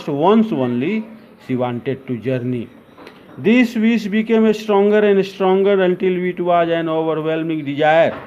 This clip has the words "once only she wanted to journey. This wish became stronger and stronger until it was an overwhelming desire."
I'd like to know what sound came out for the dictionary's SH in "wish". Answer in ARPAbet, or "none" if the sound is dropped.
S